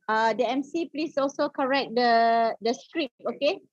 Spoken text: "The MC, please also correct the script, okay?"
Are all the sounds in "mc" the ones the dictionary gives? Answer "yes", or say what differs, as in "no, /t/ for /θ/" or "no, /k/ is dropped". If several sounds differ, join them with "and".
yes